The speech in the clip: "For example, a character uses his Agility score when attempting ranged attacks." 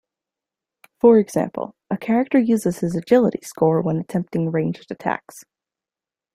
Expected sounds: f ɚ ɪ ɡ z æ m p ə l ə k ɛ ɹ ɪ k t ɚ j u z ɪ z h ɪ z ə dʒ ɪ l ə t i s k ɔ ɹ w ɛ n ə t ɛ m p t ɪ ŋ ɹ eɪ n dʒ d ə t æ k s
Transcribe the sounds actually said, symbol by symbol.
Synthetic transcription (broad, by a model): f ɚ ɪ ɡ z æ m p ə l ə k ɛ ɹ ɪ k t ɚ j u z ɪ z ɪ z ə dʒ ɪ l ə t i s k ɔ ɹ w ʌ n ə t ɛ m p t ɪ ŋ ɹ eɪ n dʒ ə t æ k s